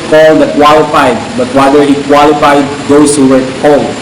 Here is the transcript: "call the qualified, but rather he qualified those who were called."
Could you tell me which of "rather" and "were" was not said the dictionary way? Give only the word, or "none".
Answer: rather